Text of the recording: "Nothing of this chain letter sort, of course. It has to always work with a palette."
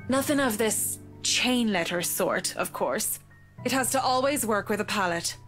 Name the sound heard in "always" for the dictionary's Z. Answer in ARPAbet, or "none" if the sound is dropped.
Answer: Z